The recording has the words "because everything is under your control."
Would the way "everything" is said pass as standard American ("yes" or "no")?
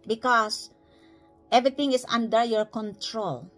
no